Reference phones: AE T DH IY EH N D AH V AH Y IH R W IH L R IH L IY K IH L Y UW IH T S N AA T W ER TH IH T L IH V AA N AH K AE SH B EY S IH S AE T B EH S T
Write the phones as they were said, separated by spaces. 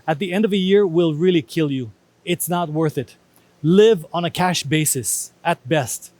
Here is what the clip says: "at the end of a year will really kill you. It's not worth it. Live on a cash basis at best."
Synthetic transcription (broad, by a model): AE T DH IY EH N D AH V AH Y IH R W IH L R IH L IY K IH L Y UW IH T S N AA T W ER TH IH T L IH V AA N AH K AE SH B EY S IH S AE T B EH S T